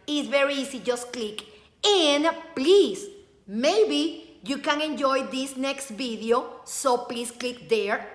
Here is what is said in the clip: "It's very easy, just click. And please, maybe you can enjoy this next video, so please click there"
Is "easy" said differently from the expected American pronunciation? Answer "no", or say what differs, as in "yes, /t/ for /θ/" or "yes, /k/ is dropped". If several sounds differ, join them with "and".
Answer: yes, /s/ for /z/